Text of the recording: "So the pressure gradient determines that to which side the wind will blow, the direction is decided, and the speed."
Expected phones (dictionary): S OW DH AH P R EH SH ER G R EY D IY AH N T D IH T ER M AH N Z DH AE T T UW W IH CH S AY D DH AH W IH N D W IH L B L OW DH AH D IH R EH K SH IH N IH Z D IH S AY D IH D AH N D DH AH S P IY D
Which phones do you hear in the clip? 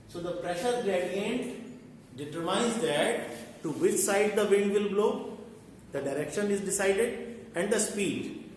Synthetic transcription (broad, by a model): S OW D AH P R EH SH ER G L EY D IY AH N T D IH T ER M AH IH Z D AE T T UW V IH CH S AY D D AH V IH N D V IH L B L OW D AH D IH R EH K SH IH N IH Z D IH S AY D IH D AH N D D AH S P IY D